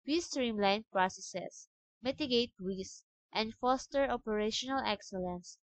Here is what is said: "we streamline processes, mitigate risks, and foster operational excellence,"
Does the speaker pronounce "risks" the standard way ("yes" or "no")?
no